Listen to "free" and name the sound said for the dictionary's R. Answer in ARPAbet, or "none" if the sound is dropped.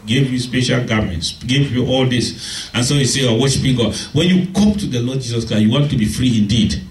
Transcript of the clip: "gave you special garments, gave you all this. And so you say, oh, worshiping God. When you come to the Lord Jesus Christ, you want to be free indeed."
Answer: R